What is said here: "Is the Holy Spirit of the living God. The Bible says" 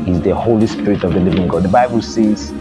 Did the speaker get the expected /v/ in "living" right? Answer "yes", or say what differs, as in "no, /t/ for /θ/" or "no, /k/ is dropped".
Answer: yes